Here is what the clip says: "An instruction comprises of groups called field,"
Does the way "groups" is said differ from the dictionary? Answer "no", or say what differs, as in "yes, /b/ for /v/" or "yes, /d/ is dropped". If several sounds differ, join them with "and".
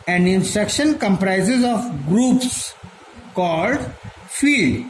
no